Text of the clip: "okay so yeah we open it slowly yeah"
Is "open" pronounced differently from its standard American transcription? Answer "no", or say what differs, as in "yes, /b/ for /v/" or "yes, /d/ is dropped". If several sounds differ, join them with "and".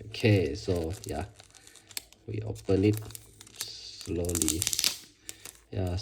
yes, /l/ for /n/